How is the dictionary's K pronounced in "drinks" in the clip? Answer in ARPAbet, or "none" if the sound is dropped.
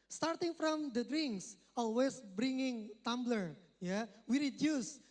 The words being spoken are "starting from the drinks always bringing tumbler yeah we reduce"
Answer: K